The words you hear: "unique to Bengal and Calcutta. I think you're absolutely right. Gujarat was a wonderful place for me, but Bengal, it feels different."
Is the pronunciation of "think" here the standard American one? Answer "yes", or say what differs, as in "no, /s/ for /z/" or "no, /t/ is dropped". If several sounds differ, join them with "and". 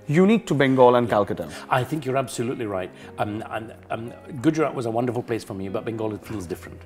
yes